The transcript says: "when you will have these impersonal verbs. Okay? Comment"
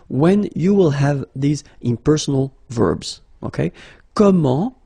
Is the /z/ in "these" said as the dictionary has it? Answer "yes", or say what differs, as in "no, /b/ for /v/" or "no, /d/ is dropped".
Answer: yes